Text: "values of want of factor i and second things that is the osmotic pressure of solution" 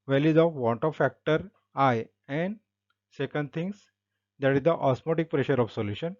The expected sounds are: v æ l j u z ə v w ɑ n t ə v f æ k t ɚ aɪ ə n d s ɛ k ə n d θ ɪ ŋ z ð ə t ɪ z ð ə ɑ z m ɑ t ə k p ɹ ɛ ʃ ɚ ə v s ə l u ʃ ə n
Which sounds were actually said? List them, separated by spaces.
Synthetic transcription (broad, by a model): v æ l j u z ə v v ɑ n t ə f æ k t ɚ aɪ ə n d s ɛ k ə n d t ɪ ŋ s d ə t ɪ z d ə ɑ s m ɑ t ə k p ɹ ɛ ʃ ɚ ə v s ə l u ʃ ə n